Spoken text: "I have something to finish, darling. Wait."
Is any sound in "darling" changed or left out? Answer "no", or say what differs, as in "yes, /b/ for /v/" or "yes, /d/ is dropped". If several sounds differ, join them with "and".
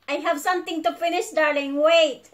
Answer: no